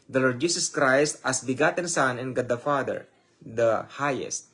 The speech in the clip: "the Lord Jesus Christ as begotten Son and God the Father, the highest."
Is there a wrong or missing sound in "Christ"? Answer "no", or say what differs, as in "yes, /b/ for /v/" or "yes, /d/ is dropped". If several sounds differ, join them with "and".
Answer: no